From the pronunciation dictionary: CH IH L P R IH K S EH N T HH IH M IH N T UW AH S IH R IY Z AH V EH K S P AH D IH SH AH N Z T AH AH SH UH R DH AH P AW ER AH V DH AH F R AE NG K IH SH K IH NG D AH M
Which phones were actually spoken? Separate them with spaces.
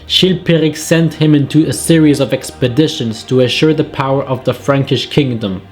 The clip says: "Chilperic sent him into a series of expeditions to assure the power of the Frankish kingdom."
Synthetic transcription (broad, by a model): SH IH L P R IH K S EH N T HH IH M IH N T UW AH S IH R IY Z AH V EH K S P AH D IH SH AH N Z T AH AH SH UH R DH AH P AW ER AH V DH AH F R AE NG K IH SH K IH NG D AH M